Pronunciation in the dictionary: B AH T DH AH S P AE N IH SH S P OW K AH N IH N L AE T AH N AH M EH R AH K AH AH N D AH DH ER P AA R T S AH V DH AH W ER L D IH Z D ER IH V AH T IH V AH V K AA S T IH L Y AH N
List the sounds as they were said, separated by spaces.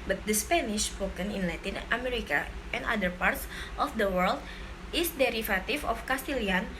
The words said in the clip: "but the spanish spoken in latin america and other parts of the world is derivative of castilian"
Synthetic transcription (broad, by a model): B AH T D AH S P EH N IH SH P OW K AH N IH N L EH T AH N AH M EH R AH K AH AH N D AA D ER P AA R T S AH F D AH W ER L D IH S D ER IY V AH T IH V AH F K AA S T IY L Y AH N